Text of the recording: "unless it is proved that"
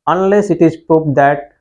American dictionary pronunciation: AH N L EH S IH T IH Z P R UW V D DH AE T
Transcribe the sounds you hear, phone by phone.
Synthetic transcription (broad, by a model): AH N L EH S IH T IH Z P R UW P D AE T